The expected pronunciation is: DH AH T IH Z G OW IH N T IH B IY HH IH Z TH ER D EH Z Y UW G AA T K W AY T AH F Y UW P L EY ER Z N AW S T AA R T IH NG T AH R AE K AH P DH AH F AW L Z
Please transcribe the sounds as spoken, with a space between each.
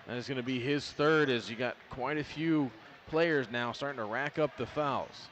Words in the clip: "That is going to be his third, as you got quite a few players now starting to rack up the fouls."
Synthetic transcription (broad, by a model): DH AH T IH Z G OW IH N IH B IY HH IH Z TH ER D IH Z Y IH G AA T K W AY T AH F Y UW P L EY ER Z N AW S T AA R T IH NG T AH R AE K AH P DH AH F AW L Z